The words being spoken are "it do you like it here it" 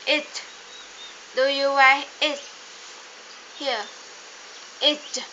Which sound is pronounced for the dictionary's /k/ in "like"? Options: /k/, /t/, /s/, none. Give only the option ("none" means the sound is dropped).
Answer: none